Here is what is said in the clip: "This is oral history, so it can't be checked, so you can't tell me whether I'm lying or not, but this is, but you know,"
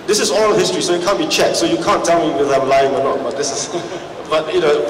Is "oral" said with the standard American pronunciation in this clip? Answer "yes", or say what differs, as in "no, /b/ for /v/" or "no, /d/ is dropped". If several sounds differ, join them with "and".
no, /l/ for /ɹ/